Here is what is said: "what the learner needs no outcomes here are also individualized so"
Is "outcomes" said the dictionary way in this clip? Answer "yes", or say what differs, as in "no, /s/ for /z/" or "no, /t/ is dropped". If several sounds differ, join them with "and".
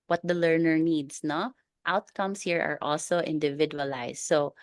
no, /s/ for /z/